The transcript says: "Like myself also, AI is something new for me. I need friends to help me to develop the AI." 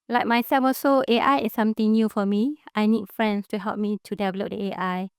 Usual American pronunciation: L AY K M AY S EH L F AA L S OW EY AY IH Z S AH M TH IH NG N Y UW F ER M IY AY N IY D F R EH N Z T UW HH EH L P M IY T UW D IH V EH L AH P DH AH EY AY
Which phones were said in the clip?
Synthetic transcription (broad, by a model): L AY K M AY S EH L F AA S OW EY AY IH S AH M T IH NG N Y UW F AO M IY AY N IY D F R EH N S T UW HH EH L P M IY T UW D IH V EH L AH P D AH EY AY